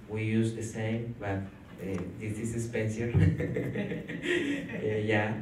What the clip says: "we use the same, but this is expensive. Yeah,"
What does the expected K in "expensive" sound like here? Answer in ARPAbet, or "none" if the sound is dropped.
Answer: none